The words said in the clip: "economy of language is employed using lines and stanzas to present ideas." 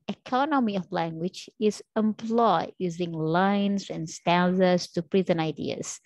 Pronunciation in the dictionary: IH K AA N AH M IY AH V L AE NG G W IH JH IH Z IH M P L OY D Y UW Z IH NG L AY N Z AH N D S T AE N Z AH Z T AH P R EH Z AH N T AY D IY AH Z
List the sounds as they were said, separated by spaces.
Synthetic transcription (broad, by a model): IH K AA N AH M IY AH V L AE NG G W IH JH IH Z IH M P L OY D Y UW Z IH NG L AY N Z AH N S T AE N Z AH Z T AH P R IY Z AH N AY D IY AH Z